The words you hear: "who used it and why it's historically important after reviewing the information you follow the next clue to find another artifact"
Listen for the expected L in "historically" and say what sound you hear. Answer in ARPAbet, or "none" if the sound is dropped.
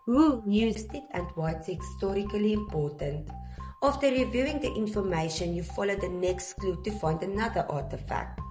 L